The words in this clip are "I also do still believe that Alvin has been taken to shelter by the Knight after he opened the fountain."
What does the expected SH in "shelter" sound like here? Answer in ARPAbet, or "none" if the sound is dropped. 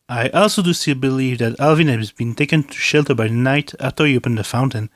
SH